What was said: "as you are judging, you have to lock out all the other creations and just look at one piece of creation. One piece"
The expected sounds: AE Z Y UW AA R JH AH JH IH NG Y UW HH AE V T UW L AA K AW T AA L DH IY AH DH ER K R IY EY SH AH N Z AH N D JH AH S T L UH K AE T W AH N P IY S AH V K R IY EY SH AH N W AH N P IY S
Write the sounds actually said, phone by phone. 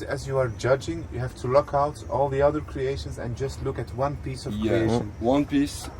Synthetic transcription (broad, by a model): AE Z Y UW AA R JH AH JH IH NG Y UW HH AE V T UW L AA K AW T AA L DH IY AH DH ER K R IY EY SH AH N Z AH N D JH AH S T L UH K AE T W AH N P IY S AH V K IY EY SH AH N W AH N P IY S